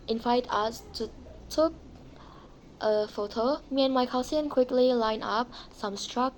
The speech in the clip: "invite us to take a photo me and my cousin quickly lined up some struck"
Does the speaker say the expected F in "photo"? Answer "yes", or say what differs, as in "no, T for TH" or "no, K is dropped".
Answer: yes